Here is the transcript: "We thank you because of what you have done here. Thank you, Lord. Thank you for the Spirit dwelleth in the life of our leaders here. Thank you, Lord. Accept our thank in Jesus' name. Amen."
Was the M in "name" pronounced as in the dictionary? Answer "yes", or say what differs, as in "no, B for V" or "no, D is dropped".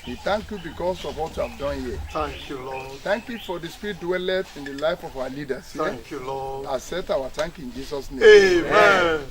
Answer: no, M is dropped